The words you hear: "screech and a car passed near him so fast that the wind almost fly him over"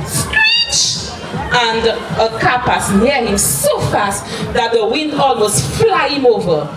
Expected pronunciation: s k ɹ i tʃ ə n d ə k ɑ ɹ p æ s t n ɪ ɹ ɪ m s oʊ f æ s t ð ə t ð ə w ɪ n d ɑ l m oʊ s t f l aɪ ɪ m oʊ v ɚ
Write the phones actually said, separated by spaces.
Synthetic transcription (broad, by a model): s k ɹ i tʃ ə n d ə k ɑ p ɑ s n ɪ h ɪ m s oʊ f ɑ s t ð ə t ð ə w ɪ n d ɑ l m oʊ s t f l aɪ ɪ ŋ oʊ v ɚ